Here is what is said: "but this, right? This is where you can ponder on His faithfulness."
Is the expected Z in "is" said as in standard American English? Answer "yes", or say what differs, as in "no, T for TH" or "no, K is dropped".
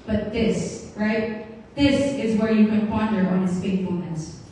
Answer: yes